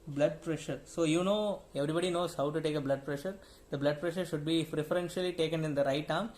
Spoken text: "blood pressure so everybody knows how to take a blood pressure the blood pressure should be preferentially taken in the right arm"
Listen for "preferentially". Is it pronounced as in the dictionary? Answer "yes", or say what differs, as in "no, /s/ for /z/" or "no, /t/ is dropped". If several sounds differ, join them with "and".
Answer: no, /f/ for /p/